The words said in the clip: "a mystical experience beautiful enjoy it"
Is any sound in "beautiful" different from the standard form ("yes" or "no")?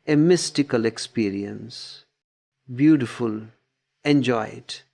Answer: no